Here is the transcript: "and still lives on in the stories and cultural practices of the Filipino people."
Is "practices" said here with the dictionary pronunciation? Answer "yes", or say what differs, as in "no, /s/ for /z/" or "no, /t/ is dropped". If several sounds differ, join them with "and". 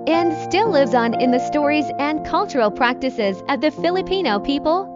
yes